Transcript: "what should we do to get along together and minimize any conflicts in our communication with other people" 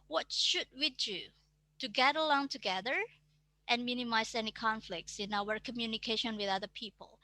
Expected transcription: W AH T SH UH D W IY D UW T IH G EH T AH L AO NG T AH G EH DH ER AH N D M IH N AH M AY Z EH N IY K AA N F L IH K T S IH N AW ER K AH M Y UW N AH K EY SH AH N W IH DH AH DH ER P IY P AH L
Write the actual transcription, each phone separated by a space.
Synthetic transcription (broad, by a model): W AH T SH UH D W IY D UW T IH G EH T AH L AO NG T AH G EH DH ER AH N M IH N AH M AY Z EH N IY K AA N F L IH K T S IH N AW ER K AH M Y UW N AH K EY SH AH N W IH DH AH DH ER P IY P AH L